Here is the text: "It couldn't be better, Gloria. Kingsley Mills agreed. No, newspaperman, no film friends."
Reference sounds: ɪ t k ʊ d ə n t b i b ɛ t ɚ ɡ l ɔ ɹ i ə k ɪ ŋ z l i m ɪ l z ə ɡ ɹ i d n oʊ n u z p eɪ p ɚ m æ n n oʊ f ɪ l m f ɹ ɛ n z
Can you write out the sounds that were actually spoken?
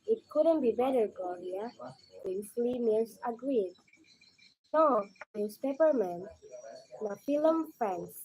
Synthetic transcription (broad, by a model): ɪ t k ʊ d ə n t b i b ɛ t ɚ ɡ ɔ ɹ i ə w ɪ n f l i m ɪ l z ə ɡ ɹ i d n oʊ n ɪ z p eɪ p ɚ m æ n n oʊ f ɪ l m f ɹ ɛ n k